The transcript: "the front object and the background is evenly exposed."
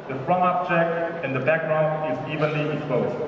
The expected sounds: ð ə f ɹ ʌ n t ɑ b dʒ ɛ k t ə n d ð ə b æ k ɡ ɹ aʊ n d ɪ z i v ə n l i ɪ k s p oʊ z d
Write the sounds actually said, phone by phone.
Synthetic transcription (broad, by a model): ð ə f ɹ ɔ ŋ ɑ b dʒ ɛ k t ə n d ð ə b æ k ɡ ɹ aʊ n ɪ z i v ə n l i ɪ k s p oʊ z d